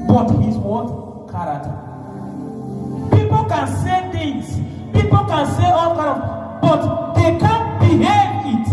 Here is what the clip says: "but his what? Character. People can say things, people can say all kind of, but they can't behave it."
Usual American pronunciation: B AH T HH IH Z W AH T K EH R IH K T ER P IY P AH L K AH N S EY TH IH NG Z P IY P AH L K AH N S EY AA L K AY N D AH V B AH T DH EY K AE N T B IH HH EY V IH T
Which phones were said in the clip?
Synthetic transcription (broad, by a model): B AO T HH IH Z W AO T K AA R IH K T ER P IY P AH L K AH N S EY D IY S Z P IY P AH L K AH N S EY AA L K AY D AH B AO T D EY K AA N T B IH HH EY V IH T